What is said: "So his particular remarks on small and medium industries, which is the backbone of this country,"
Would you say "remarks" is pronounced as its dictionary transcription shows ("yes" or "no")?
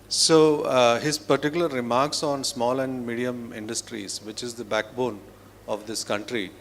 yes